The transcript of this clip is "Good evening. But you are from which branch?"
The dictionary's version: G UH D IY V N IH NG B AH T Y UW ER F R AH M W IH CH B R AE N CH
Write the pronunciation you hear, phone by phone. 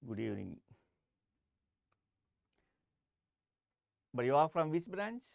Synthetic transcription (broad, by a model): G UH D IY N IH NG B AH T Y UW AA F R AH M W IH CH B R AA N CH